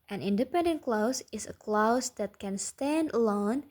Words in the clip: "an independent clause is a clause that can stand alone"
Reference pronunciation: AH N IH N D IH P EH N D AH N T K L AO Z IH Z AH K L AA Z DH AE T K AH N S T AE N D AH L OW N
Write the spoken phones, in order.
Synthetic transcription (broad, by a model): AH N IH N D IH P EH N D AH N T K L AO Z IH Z AH K L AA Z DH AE T K AH N S T AE N D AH L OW N